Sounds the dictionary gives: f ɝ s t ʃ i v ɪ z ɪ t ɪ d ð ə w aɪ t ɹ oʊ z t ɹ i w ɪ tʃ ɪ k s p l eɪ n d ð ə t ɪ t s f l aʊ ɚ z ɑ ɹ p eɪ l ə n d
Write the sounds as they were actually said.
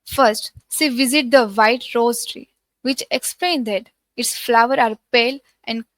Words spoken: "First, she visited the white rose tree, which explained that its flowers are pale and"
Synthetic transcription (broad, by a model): f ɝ s t s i v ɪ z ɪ t d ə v aɪ t ɹ oʊ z t ɹ i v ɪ tʃ ɪ k s p l eɪ n d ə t ɪ t s f l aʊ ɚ ɑ ɹ p eɪ l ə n d